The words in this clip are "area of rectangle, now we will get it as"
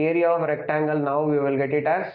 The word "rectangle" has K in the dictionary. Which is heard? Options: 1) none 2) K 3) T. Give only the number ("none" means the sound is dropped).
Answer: 2